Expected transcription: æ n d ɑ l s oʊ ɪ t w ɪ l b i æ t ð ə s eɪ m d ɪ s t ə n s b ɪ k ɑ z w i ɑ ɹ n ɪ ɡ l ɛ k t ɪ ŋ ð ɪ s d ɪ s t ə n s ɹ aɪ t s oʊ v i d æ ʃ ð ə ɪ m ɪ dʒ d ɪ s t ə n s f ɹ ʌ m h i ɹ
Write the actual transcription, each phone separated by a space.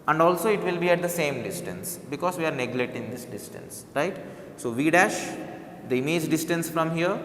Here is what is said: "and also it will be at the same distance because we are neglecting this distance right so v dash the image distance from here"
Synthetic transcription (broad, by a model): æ n d ɑ l s oʊ ɪ t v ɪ l b i æ t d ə s eɪ m d ɪ s t ə n s b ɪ k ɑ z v i ɑ ɹ n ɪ ɡ l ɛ t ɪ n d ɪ s d ɪ s t ə n s ɹ aɪ t s oʊ v i d æ ʃ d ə m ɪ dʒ d ɪ s t ə n s f ɹ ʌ m h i ɹ